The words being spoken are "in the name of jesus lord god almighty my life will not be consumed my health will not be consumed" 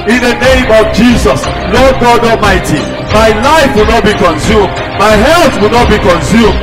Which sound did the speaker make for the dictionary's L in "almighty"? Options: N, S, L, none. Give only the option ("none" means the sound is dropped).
none